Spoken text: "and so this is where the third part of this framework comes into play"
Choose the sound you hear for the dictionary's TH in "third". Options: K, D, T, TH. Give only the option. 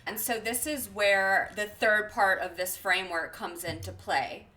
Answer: TH